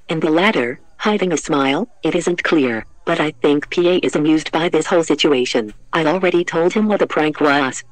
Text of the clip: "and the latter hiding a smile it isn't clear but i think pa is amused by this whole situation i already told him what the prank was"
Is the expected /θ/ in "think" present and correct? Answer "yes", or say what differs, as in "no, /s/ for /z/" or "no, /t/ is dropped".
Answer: yes